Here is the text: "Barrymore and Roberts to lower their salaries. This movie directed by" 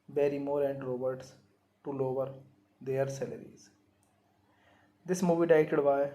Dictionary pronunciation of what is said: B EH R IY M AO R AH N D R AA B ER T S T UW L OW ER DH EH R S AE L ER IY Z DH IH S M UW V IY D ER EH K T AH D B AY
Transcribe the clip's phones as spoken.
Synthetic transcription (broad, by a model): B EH R IY M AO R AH N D R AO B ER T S T UW L OW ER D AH R S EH L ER IY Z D IH S M UW V IY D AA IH T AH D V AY